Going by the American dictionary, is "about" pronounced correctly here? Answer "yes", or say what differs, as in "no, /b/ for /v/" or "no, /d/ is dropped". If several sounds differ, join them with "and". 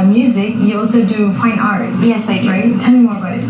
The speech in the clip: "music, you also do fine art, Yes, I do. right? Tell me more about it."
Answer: no, /t/ is dropped